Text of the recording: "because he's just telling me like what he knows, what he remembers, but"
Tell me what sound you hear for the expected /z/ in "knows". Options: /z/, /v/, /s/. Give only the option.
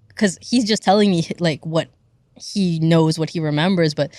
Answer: /z/